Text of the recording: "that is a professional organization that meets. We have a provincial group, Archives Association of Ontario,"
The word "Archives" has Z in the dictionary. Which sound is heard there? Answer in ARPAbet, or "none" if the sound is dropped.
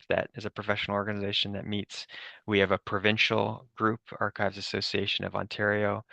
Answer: Z